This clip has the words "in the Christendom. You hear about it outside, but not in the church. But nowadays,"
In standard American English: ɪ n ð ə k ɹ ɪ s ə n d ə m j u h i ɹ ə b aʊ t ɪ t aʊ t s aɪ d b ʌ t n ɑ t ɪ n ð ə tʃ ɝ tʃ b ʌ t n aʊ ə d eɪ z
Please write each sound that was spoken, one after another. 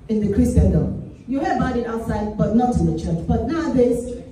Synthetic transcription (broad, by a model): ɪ n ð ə k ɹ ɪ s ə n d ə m j u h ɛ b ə ɪ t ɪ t aʊ t s aɪ d b ʌ t n ɑ t ɪ n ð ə tʃ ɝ tʃ b ʌ t n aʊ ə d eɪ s